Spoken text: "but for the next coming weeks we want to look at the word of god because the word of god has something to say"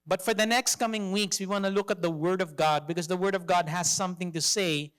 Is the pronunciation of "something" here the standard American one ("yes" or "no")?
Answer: yes